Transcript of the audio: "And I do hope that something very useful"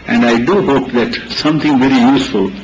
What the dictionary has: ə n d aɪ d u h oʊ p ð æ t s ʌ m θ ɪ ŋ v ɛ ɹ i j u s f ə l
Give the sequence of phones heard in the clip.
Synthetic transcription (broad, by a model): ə n d aɪ d u h oʊ p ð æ t s ʌ m t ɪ ŋ v ɛ ɹ i j u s f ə l